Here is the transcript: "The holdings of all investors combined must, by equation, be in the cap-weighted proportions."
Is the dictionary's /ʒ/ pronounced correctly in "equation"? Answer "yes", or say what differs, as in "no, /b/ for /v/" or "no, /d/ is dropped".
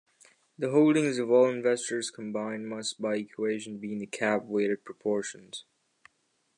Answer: yes